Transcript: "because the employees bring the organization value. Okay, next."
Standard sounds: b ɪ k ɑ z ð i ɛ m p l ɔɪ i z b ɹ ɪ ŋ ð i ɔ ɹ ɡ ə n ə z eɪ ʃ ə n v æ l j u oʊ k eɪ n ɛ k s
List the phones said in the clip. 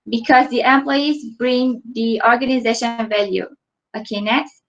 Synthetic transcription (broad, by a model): b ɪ k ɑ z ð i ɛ m p l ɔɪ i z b ɹ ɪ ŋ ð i ɔ ɹ ɡ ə n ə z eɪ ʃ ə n v æ l j u oʊ k eɪ n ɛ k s